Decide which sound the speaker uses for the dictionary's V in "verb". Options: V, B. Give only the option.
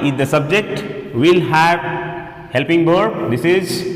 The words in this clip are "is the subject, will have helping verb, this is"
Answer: B